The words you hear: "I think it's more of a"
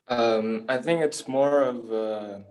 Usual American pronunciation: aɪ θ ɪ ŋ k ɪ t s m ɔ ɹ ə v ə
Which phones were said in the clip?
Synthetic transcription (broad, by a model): aɪ θ ɪ ŋ k ɪ t s m ɔ ɹ ə v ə